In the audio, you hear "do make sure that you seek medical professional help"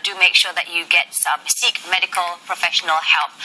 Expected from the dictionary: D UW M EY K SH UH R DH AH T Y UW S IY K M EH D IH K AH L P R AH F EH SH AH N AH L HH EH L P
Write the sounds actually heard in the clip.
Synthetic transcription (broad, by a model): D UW M EY K SH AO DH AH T Y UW S IY K M EH D IH K AH L P R AH F EH SH AH N AH L HH EH L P